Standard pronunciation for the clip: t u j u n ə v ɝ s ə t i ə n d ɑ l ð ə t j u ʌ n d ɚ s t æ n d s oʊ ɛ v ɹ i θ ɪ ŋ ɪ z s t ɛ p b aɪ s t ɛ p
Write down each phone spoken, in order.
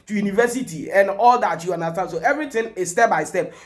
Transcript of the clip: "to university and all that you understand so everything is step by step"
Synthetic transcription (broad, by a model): t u j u n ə v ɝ s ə t i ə n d ɑ l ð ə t j u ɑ n d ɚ s t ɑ n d s oʊ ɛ v ɹ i t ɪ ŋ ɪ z s t ɛ p b aɪ s t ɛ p